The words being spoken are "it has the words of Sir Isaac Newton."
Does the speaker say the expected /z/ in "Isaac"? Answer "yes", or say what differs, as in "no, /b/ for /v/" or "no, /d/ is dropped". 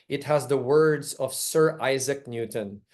yes